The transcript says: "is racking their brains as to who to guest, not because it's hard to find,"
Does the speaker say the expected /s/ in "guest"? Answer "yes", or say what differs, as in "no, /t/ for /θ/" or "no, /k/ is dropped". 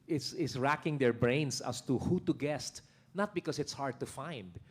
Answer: yes